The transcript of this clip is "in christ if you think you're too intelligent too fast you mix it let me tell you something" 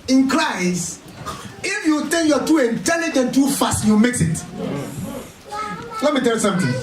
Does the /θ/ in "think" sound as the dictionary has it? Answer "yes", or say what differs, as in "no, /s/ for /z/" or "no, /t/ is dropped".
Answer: no, /t/ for /θ/